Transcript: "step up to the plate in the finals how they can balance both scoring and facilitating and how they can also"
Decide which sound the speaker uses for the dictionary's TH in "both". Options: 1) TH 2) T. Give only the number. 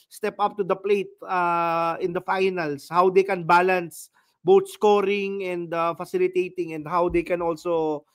2